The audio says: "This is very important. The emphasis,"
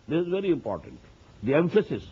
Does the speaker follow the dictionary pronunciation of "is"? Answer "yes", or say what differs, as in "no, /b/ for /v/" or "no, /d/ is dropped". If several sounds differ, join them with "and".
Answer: yes